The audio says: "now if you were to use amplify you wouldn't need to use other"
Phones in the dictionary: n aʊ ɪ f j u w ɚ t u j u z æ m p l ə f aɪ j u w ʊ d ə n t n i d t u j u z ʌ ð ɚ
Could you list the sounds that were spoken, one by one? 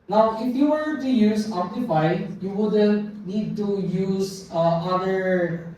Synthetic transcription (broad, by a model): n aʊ ɪ f j u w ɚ t u j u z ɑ p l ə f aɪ j u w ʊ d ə n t n i d t u j u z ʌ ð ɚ